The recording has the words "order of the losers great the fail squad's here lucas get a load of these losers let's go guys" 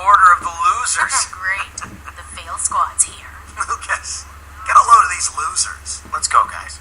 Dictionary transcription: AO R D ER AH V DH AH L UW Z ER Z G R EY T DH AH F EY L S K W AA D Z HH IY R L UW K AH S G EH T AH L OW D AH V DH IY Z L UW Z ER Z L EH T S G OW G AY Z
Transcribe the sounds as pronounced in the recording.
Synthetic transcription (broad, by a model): AO R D ER AH V DH AH L UW Z ER Z G R EY T DH AH F EY L S K W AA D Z HH IY R W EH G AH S G EH T AH L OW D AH DH IY Z L UW Z ER Z L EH T S G OW G AY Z